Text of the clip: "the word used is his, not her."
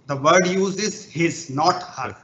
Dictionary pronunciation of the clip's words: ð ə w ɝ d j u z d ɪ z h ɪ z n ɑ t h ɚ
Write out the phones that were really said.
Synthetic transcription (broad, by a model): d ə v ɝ d j u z ɪ z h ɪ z n ɑ t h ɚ